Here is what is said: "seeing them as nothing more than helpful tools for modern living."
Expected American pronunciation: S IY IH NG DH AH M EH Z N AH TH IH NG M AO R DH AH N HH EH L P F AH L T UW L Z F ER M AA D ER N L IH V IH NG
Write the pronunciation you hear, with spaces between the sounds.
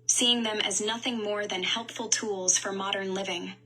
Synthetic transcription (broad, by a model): S IY IH NG DH AH M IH Z N AH TH IH NG M AO R DH AH N HH EH L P F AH L T UW L Z F ER M AA D ER N L IH V IH NG